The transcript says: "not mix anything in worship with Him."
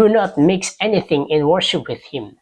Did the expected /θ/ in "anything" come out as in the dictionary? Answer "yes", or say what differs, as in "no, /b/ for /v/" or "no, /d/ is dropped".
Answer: yes